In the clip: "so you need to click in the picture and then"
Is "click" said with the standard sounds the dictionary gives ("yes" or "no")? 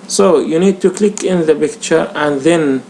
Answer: yes